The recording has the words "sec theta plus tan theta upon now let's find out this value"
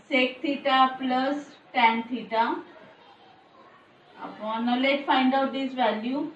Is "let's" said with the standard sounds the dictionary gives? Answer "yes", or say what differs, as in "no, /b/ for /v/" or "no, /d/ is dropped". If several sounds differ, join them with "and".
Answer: no, /s/ is dropped